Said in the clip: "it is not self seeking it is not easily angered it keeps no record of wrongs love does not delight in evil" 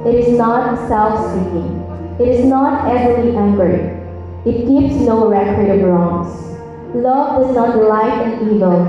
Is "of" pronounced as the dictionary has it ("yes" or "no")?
no